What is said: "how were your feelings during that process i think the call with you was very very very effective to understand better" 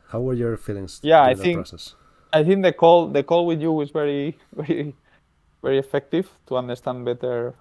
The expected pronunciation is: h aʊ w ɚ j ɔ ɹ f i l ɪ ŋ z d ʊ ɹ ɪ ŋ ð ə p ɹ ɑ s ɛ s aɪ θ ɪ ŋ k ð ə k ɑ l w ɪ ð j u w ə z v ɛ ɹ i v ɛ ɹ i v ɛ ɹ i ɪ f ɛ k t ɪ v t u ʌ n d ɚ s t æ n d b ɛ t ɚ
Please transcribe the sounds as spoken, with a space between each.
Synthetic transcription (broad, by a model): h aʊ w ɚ j ɔ ɹ f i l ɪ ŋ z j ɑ ɪ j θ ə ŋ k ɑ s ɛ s aɪ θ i ŋ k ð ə k ɑ l w ɪ ð j u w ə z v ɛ ɹ i v ɛ ɹ i v ɛ ɹ i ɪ f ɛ k t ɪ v t u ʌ n d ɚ s t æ n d b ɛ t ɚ